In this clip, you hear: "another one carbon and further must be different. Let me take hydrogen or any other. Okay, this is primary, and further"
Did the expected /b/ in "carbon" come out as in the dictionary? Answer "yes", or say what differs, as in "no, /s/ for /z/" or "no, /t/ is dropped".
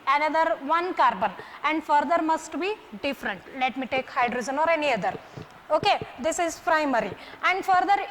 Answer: yes